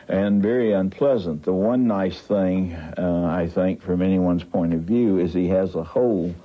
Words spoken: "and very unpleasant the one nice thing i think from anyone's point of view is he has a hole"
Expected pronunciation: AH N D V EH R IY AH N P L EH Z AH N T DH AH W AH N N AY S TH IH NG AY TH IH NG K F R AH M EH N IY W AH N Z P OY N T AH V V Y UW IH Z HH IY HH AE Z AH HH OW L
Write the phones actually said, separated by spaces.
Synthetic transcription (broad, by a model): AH N V EH R IY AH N P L EH Z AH N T DH AH W AH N N AY S TH IH NG AY TH IH NG K F R AH M EH N IY W AH N Z P OY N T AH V V Y UW IH Z IY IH Z AH HH OW L